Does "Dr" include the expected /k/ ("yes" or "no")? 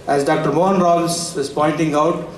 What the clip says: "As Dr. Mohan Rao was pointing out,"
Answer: yes